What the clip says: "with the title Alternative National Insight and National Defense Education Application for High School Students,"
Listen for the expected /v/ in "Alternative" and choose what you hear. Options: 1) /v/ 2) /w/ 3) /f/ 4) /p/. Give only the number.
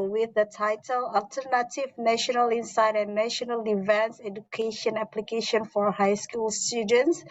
1